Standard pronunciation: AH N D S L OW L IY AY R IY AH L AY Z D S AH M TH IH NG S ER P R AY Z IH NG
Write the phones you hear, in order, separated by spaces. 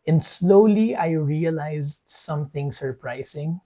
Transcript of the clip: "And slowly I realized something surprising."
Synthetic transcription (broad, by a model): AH N D S L OW L IY AY R IY AH L AY Z D S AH M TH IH NG S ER P R AY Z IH NG